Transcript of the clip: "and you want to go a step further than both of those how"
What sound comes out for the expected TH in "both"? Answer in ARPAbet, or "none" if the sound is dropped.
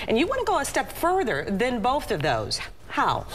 TH